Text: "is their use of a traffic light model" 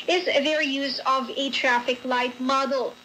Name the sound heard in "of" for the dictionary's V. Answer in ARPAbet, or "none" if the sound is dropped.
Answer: V